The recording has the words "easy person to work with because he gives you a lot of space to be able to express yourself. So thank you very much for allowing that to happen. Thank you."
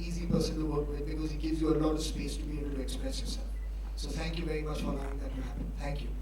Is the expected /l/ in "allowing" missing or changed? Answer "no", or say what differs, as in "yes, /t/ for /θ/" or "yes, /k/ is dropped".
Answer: yes, /l/ is dropped